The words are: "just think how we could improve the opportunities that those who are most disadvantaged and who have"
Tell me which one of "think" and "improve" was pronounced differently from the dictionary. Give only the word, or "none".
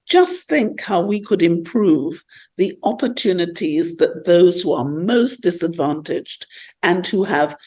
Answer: none